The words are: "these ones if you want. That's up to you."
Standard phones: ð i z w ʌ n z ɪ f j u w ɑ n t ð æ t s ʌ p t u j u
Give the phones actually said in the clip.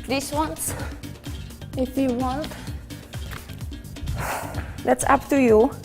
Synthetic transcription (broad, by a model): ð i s w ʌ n s ɪ f j u w ɑ n t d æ t s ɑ p t u j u